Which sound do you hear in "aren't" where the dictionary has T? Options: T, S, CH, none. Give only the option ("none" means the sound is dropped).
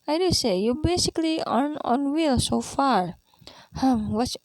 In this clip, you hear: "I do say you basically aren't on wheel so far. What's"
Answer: none